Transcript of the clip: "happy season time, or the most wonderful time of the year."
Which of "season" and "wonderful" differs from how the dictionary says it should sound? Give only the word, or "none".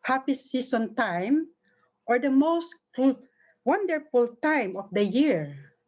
season